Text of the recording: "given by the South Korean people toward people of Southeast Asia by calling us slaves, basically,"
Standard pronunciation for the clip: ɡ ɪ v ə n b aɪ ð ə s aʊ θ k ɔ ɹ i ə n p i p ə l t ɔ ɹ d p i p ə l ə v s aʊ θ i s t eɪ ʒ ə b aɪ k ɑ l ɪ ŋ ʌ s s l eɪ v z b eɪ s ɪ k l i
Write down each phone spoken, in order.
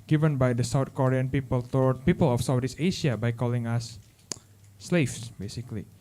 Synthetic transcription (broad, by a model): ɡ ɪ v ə n b aɪ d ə s aʊ t k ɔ ɹ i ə n p i p ə l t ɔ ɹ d p i p ə l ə f s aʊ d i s eɪ ʃ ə b aɪ k ɑ l ɪ ŋ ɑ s s l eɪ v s b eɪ s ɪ k l i